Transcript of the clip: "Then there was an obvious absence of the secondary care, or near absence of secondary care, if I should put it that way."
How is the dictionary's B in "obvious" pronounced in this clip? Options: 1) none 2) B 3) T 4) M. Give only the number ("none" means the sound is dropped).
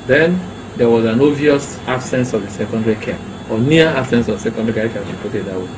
1